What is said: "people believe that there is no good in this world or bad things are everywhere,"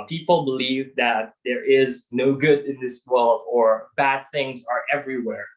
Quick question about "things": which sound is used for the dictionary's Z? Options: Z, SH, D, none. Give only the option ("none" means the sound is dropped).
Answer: Z